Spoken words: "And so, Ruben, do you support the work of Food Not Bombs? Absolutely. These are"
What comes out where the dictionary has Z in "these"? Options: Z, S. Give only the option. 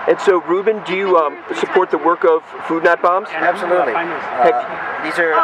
Z